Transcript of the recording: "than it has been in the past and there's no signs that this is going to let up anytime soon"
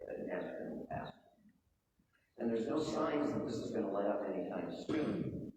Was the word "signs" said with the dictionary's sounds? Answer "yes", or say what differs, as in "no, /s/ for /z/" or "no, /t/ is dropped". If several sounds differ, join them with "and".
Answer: yes